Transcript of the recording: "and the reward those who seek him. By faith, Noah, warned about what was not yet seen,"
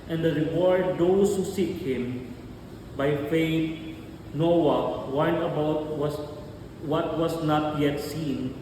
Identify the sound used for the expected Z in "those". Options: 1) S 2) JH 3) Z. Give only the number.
1